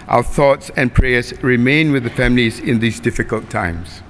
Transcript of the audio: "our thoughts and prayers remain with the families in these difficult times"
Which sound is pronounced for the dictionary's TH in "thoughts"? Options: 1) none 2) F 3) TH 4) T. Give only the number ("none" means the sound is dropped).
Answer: 3